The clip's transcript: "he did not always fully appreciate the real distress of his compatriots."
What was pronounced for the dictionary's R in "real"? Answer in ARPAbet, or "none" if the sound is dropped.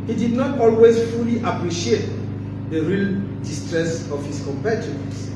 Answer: R